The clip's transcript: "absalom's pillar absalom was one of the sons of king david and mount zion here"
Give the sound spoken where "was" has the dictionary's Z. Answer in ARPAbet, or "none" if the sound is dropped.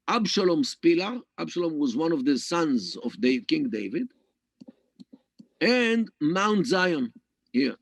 Z